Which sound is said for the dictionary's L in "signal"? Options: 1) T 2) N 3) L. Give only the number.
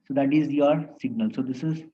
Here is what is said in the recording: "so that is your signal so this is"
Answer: 3